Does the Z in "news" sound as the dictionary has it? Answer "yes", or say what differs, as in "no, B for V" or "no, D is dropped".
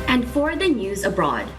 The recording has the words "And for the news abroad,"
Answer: yes